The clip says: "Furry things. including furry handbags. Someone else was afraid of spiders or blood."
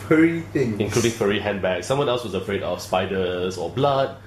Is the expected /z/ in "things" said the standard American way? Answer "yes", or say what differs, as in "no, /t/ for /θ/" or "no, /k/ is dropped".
no, /z/ is dropped